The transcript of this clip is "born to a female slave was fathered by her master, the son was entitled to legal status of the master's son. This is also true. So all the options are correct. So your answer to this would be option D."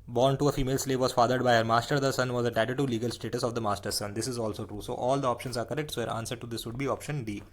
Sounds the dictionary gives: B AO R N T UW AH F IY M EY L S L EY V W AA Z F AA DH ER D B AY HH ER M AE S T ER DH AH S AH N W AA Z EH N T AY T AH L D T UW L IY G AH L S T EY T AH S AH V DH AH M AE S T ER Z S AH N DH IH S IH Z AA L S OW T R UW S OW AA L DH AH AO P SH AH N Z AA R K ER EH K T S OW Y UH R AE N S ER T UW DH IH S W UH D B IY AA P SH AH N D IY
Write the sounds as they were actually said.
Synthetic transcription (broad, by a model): B AO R N T UW AH F IY M EY L S L EY V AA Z F AA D ER D B AY HH ER M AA S T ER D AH S AH N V AA Z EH T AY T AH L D T UW L IY G AH L S T EY T AH S AH V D AH M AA S T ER S AH N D IH S IH Z AA L S OW T R UW S OW AA L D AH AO P SH AH N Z AA R K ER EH K T S OW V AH R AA N S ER T UW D IH S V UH D B IY AA P SH AH N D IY